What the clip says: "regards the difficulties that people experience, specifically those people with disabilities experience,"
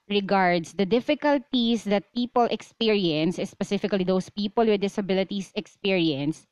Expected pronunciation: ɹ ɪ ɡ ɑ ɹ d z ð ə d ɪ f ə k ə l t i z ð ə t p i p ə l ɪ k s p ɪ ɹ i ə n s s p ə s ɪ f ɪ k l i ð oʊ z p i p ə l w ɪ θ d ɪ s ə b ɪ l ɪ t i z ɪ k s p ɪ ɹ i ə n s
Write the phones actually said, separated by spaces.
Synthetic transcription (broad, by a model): ɹ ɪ ɡ ɑ ɹ d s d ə d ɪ f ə k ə l t i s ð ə t p i p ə l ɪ k s p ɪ ɹ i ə n s s p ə s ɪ f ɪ k l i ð oʊ s p i p ə l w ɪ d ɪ s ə b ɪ l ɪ t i s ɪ k s p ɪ ɹ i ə n s